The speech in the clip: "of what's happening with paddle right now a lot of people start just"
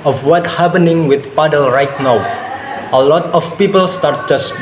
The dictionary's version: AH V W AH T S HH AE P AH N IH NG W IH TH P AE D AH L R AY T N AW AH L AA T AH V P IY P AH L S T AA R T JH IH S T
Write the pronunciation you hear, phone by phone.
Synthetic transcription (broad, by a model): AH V W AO T HH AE P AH N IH NG W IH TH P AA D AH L R AY T N AW AH L AA T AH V P IY P AH L S T AA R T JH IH S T